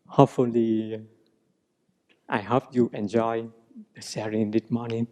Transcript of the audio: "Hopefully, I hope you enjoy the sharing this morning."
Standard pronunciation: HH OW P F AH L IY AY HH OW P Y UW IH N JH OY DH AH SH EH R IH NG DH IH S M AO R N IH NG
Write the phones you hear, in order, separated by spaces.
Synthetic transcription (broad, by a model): HH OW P F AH L IY AY HH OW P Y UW IH N JH OY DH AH S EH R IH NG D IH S M AO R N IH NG